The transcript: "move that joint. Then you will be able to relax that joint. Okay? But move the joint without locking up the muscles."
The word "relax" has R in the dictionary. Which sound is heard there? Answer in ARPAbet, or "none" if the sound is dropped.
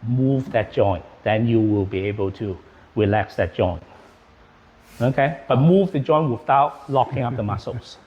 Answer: R